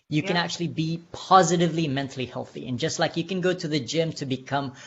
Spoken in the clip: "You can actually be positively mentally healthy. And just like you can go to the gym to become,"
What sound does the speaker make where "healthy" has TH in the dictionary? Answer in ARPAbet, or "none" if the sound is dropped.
TH